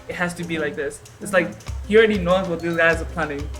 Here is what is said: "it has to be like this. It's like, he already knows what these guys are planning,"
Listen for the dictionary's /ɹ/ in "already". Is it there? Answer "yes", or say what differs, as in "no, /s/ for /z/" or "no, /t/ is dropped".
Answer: yes